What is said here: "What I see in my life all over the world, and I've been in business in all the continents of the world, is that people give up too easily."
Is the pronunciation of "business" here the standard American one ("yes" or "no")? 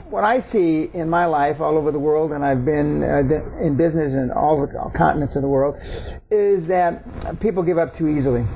yes